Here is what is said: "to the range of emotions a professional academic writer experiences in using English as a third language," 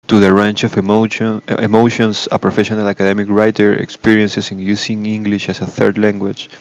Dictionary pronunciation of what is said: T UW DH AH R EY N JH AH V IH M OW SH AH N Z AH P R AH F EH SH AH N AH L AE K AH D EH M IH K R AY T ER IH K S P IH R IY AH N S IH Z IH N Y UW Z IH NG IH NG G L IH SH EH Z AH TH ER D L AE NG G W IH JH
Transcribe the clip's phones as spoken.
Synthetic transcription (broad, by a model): T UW DH AH R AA N CH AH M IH M OW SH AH N S AH P R AH F EH SH AH N AH L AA K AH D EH M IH K R AY T ER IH K S P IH R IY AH N S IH S IH N Y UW S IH NG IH NG G L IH SH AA S AH TH ER D L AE NG G W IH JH